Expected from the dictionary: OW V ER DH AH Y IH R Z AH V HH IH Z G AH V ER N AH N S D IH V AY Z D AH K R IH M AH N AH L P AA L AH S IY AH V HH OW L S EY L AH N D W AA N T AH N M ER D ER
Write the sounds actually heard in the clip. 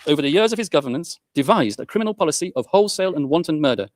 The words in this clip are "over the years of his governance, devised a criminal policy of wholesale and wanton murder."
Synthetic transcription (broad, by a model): OW V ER DH AH Y IH R Z AH V IH Z G AH V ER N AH N S D IH V AY Z D AH K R IH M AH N L P AA L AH S IY AH V HH OW L S EY L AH N W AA N T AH N M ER D ER